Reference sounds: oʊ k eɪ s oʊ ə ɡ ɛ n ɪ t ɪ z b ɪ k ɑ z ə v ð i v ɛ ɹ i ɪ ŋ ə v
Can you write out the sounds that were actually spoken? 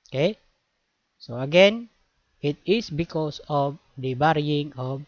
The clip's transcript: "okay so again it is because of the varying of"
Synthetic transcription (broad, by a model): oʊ k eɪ s oʊ ə ɡ ɛ n ɪ t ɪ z b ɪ k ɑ s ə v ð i b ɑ ɹ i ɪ ŋ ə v